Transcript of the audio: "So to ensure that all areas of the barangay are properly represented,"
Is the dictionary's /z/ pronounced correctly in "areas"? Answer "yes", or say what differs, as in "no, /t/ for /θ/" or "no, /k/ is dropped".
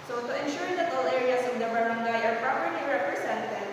no, /s/ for /z/